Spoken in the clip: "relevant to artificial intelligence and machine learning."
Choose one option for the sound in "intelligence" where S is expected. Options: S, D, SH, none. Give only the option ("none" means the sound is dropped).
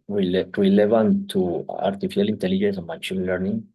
S